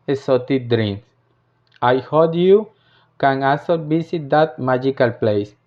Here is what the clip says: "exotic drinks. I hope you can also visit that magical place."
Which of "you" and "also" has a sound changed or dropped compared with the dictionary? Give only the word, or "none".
also